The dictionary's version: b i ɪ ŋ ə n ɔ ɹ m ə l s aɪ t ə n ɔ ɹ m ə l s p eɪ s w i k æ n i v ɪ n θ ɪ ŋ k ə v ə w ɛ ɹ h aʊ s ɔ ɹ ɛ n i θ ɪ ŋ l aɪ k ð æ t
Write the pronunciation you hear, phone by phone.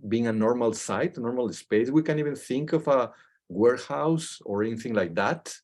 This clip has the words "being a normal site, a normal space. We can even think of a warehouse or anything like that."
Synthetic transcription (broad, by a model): b i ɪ ŋ ə n ɔ ɹ m ə l s aɪ t ə n ɔ ɹ m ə l s p eɪ s w i k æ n i v ɪ n θ ɪ ŋ k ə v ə w ɛ ɹ h aʊ s ɔ ɹ ɛ n i θ ɪ ŋ l aɪ k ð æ t